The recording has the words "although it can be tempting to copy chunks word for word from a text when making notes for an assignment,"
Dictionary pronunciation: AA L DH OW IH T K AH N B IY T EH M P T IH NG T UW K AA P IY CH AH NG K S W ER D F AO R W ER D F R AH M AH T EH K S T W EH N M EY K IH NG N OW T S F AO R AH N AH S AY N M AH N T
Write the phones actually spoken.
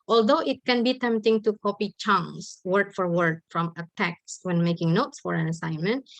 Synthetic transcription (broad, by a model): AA L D OW IH T K AH N B IY T EH M P T IH NG T UW K AA P IY CH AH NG S W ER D F AO R W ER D F R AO M AH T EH K S W EH N M EY K IH NG N OW T S F AO R AH N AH S AY N M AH N T